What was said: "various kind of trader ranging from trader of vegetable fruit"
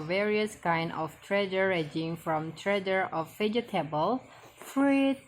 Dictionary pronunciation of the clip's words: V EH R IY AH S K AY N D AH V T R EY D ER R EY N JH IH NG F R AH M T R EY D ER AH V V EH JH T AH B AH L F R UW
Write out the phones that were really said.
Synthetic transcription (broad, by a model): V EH R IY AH S K AY N D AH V T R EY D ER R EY JH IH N F R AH M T R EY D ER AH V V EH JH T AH B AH L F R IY